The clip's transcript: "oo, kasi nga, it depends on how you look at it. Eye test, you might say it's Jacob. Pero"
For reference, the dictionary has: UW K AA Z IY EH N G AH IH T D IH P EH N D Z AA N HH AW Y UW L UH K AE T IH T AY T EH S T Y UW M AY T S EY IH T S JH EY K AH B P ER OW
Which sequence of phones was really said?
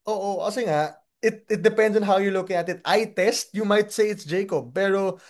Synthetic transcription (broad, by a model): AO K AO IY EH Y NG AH IH T D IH P EH N D S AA N HH AW Y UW L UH K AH T IH T AY T EH S T Y UW M AY T S EY IH T S JH EY K AH B P ER OW